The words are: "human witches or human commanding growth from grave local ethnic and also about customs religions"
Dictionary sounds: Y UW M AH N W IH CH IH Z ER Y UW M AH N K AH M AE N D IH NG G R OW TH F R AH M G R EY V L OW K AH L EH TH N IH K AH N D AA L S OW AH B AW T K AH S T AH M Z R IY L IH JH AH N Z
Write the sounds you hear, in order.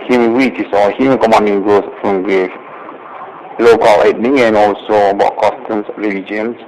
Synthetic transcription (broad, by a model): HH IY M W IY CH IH S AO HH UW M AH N K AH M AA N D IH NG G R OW S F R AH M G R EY F L OW K AH L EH T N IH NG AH N AA L S OW AH B AW T K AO S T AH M S R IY L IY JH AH N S